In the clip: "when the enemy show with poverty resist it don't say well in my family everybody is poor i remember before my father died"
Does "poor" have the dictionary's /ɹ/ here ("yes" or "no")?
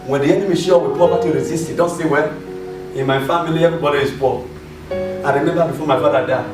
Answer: no